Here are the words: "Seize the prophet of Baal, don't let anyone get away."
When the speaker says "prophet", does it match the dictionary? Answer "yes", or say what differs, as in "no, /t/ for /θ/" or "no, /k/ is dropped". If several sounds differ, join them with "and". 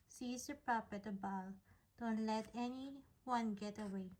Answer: no, /p/ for /f/